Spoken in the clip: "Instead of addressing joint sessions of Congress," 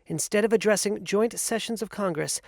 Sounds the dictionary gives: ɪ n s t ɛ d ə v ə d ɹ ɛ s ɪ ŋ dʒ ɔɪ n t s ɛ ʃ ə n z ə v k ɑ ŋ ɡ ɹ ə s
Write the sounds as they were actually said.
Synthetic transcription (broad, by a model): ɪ n s t ɛ d ə v ə d ɹ ɛ s ɪ ŋ dʒ ɔɪ n t s ɛ ʃ ə n z ə v k ɑ ŋ ɡ ɹ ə s